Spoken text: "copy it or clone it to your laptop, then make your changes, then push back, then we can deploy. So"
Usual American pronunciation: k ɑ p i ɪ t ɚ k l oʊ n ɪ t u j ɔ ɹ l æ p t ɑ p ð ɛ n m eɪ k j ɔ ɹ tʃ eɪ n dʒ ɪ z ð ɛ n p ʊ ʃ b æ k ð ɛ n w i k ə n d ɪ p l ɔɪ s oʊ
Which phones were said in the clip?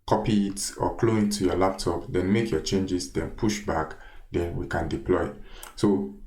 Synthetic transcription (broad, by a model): k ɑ p i ɪ t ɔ k l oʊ ɪ t u j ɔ l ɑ p t ɑ p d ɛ n m eɪ k j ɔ tʃ eɪ n dʒ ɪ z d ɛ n p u ʃ b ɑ k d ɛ n w i k ə n d ɪ p l ɔɪ s oʊ